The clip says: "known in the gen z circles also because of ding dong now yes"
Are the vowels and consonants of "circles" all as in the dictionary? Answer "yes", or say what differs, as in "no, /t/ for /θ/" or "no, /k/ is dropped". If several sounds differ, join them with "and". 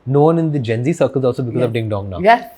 yes